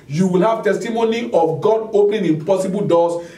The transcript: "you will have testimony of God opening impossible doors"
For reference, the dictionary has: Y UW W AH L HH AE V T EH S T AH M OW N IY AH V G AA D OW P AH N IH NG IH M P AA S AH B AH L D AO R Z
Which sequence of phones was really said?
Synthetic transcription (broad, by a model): Y UW W AH L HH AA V T EH S T AH M OW N IY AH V G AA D OW P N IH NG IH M P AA S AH B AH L D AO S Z